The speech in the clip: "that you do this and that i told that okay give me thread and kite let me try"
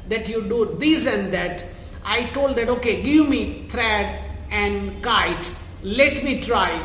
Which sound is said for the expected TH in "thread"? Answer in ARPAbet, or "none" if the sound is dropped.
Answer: T